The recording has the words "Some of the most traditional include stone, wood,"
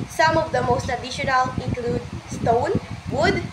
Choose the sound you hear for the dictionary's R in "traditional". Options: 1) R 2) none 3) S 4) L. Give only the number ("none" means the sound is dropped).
2